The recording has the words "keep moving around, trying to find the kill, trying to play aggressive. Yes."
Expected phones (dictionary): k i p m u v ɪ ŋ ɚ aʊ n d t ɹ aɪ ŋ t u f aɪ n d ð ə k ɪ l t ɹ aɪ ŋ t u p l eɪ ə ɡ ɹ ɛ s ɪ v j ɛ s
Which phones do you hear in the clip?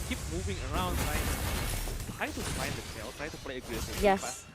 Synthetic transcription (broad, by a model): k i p m u v ɪ ŋ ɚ aʊ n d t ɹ aɪ t u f aɪ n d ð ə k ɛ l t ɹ aɪ t u p l eɪ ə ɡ ɛ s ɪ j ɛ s